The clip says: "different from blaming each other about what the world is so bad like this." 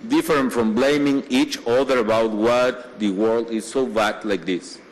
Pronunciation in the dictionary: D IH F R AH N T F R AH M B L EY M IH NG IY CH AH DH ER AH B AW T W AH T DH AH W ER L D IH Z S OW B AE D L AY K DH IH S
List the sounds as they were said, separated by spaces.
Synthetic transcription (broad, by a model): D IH F R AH N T F R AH M B L EY M IH NG IY CH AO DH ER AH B AW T W AH T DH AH W ER L D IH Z S OW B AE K L AY K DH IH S